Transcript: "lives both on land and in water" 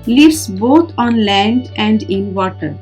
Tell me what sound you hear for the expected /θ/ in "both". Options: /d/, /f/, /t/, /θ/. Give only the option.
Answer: /t/